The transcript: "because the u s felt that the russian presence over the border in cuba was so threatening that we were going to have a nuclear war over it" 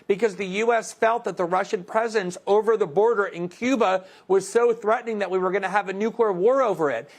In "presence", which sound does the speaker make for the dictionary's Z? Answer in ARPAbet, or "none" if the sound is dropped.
Z